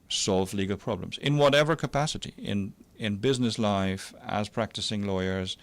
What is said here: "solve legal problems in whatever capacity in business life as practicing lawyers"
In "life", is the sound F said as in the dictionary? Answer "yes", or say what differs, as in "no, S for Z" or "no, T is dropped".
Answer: yes